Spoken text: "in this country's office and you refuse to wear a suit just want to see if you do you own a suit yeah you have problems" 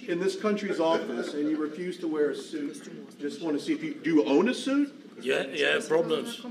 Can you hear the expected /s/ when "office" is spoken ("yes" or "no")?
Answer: yes